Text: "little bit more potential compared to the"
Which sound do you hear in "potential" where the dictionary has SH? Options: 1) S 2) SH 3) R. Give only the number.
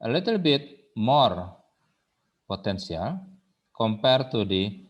1